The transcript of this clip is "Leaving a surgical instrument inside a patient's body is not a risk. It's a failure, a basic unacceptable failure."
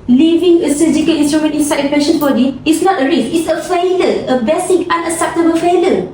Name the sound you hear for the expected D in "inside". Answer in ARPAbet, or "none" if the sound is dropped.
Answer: none